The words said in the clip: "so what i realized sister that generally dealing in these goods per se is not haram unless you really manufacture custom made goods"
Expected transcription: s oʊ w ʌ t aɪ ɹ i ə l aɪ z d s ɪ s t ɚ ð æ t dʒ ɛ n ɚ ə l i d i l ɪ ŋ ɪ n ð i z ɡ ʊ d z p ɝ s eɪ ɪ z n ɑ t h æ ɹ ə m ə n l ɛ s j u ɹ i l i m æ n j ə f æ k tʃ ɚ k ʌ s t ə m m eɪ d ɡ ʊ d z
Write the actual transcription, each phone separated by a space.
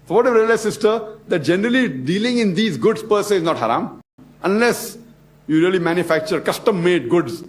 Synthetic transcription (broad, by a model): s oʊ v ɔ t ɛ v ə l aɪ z s ɪ s t ɚ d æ t dʒ ɛ n ɚ ə l i d i l ɪ ŋ ɪ n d i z ɡ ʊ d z p ɝ s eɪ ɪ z n ɑ t h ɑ ɹ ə m ə n l ɛ s j u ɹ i l i m æ n j ə f æ k tʃ ɚ k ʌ s t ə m m eɪ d ɡ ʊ d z